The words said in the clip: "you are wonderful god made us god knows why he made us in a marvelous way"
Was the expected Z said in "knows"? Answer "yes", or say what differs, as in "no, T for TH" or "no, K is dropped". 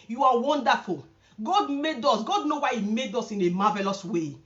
no, Z is dropped